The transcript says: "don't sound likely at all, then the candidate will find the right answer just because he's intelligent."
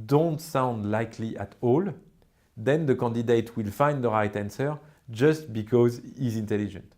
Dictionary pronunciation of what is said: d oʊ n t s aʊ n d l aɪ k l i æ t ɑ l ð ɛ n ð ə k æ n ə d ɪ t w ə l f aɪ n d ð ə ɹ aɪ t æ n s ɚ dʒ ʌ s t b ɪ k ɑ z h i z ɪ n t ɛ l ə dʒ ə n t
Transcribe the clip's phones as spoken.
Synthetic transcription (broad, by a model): d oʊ n t s aʊ n d l aɪ k l i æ t ɑ l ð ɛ n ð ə k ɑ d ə d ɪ t w ə l f aɪ n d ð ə ɹ aɪ t æ n s ɚ dʒ ʌ s t b ɪ k ɑ z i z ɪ n t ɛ l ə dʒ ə n t